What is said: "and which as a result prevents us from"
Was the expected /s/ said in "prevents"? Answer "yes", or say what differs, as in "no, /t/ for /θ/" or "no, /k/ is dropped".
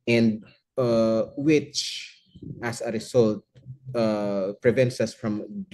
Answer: yes